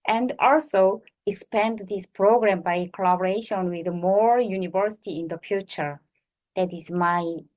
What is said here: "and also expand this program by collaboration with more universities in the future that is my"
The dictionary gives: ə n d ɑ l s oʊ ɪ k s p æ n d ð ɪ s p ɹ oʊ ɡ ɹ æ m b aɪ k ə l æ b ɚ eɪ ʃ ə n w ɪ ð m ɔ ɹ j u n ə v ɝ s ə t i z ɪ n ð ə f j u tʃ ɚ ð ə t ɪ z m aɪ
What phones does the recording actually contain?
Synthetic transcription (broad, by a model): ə n d ɑ l s oʊ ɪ k s p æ n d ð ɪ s p ɹ oʊ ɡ ɹ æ m b aɪ k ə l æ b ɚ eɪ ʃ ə n w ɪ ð m ɔ ɹ j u n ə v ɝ s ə t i ɪ n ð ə f j u tʃ ɚ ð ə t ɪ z m aɪ